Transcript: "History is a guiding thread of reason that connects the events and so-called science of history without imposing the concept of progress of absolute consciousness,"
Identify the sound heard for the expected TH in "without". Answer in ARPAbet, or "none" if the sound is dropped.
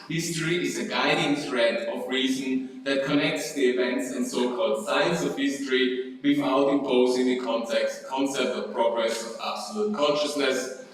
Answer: F